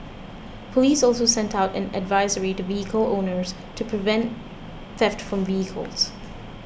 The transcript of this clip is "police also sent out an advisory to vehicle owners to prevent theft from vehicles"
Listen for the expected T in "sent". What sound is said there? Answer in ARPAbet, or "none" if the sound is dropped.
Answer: T